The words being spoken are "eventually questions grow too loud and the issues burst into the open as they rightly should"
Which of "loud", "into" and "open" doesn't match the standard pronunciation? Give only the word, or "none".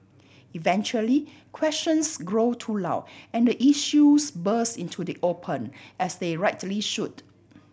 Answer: loud